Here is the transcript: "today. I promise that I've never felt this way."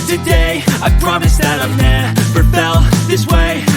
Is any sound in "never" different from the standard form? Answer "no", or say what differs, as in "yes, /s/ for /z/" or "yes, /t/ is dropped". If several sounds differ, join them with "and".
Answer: yes, /p/ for /v/